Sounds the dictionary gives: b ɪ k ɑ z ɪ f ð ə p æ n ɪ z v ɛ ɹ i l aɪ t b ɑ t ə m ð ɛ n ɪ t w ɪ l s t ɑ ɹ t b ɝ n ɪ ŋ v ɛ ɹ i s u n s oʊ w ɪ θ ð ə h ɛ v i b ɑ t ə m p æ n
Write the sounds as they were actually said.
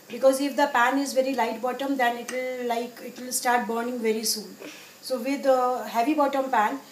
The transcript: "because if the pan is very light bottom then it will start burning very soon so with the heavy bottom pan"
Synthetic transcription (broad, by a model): b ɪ k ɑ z ɪ f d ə p æ n ɪ z v ɛ ɹ i l aɪ t b ɑ t ə m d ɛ n ɪ t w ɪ l s t ɑ ɹ t b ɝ n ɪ ŋ v ɛ ɹ i s u n s oʊ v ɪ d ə h ɛ v i b ɑ t ə m p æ n